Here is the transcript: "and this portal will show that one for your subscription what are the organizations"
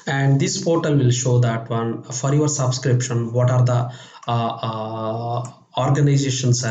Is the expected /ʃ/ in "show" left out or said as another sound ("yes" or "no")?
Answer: no